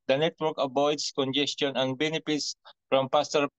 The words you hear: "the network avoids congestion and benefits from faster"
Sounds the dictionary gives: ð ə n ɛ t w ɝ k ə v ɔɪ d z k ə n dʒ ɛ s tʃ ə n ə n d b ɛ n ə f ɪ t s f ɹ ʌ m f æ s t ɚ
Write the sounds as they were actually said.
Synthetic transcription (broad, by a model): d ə n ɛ t w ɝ k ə b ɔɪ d s k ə n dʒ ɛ s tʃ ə n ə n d b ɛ n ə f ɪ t s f ɹ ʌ m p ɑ s t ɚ